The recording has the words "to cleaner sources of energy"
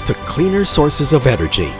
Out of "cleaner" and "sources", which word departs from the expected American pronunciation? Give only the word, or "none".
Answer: none